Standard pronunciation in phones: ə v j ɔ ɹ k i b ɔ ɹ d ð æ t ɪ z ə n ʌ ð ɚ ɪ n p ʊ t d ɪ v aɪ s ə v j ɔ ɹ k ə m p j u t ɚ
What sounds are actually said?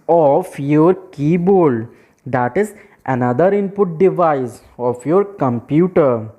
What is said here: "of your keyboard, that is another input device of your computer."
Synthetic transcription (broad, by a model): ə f j ɔ ɹ k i b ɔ l d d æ t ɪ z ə n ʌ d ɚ ɪ n p ʊ t d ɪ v aɪ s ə f j ɔ ɹ k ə m p j u t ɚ